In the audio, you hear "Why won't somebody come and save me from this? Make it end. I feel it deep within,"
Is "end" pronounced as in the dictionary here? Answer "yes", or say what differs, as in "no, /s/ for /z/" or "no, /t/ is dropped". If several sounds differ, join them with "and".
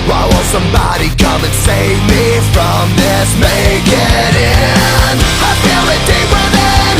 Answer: no, /d/ is dropped